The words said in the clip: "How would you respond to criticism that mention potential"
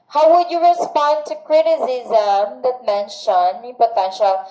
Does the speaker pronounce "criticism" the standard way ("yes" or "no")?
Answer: yes